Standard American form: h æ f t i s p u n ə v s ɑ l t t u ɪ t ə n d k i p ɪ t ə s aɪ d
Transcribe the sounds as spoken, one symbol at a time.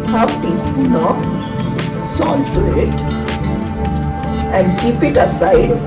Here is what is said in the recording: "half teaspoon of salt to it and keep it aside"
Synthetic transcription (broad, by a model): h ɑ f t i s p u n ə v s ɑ n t t u ɪ t ə n d k i p ɪ t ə s aɪ d